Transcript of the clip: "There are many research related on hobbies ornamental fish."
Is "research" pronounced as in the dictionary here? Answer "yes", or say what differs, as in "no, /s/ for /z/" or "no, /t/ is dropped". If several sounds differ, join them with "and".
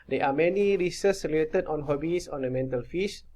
no, /s/ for /tʃ/